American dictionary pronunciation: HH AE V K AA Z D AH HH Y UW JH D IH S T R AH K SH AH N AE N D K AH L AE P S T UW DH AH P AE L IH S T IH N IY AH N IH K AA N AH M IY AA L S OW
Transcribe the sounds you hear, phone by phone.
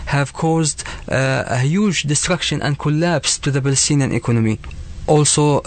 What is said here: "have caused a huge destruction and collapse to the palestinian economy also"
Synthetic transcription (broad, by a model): HH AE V K AA Z D AH HH Y UW JH D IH S T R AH K SH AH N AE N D K AH L AE P S T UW DH AH B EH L S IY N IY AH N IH K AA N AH M IY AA L S OW